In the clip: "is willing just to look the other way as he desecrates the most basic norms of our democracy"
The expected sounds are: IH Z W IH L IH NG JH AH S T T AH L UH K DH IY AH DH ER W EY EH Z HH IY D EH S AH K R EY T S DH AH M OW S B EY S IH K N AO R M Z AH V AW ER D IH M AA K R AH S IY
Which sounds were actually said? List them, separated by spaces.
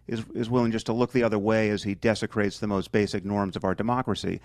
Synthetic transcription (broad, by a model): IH Z W IH L IH NG JH AH S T T AH L UH K DH IY AH DH ER W EY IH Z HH IY D EH S AH K R EY T S DH AH M OW S B EY S IH K N AO R M Z AH V AW ER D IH M AA K R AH S IY